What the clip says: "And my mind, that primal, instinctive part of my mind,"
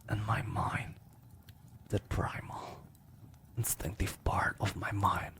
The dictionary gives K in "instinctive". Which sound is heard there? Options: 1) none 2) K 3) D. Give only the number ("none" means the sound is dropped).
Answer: 2